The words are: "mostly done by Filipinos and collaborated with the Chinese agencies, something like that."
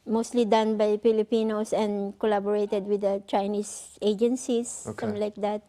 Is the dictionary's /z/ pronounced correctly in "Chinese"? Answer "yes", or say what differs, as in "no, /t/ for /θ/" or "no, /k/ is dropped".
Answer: no, /s/ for /z/